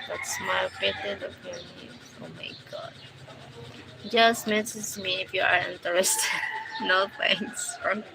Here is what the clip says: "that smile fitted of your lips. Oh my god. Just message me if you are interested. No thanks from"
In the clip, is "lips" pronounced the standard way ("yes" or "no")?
no